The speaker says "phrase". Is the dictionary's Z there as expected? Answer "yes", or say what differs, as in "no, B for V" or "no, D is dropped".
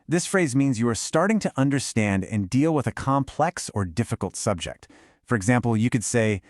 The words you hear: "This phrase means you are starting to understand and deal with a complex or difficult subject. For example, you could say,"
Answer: yes